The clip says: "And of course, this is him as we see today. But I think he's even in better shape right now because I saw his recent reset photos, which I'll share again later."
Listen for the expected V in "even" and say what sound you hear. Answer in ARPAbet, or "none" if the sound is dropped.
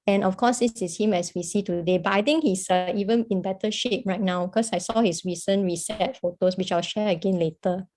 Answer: V